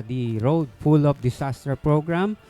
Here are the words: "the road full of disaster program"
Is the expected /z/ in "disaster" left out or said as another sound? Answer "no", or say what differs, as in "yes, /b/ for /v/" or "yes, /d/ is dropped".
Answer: yes, /s/ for /z/